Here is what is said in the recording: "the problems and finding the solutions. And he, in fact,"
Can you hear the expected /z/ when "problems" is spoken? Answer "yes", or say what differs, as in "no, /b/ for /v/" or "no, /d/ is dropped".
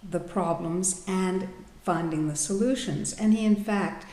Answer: yes